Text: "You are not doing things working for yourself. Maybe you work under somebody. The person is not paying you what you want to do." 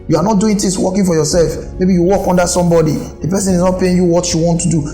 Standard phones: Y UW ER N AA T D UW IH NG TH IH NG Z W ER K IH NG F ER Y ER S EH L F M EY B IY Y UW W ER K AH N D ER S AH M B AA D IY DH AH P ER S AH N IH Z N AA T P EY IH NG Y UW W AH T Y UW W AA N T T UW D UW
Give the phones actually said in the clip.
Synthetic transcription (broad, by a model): Y UW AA N AA T D UW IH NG T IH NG S W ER K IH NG F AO Y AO S EH L F M EY B IY Y UW W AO K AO N D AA S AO M B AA D IY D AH P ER S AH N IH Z N AA T P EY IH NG Y UW W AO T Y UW W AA N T T UW D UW